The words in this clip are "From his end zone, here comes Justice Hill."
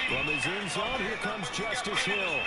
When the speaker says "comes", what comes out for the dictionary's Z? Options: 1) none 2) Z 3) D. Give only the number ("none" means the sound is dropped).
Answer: 2